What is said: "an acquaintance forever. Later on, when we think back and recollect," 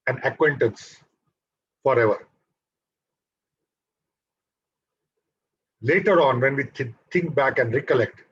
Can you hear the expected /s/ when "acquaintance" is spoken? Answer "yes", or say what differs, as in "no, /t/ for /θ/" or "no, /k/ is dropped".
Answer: yes